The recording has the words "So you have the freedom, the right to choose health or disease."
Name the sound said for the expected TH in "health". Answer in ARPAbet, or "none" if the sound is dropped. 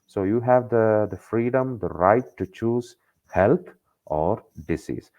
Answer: T